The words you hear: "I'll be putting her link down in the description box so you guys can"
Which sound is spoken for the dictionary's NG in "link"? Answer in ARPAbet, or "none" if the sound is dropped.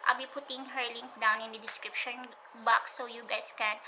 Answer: NG